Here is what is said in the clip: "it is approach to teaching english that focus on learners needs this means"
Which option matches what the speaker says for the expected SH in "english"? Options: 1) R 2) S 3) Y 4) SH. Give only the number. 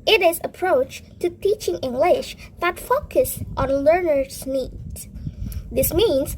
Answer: 4